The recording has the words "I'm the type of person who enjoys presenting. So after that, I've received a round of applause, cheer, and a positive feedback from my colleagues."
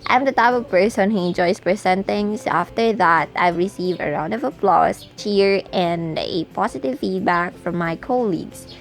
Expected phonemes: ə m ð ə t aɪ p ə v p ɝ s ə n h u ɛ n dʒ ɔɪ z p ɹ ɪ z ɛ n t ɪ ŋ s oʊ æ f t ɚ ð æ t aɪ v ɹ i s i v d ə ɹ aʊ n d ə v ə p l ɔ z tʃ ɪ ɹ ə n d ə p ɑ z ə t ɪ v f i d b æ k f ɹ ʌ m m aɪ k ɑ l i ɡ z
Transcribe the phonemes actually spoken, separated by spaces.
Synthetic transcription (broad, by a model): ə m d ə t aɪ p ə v p ɝ s ə n h u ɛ n dʒ ɔɪ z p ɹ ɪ s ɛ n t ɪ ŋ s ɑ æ f t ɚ ð æ t aɪ v ɹ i s i v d ə ɹ aʊ n d ə v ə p l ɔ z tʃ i ɹ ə n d ə p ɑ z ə t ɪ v f i d b æ k f ɹ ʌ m m aɪ k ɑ l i ɡ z